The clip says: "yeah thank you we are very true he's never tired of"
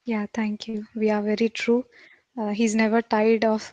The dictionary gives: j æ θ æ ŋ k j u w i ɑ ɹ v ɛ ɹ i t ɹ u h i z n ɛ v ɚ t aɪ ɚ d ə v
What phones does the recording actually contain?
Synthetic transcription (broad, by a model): j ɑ t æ ŋ k j u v i ɑ ɹ v ɛ ɹ i t ɹ u h i z n ɛ v ɚ t aɪ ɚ d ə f